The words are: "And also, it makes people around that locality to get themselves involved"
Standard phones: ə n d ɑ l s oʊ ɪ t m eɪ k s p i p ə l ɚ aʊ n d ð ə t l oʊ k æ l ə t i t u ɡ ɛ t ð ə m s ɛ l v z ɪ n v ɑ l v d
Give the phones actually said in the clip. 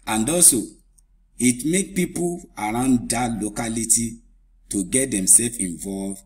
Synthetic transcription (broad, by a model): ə n d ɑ s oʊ ɪ t m eɪ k p i p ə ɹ aʊ n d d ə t l oʊ k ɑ l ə t i t u ɡ ɛ t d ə m s ɛ l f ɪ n v ɑ l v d